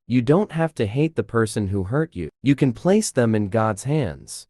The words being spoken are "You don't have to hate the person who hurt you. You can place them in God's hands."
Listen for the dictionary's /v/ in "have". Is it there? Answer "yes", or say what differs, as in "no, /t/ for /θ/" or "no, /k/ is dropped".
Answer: no, /f/ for /v/